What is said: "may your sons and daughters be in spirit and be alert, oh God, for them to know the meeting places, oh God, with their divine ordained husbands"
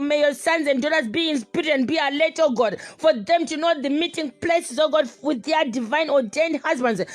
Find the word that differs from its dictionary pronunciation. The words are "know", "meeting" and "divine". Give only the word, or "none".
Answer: none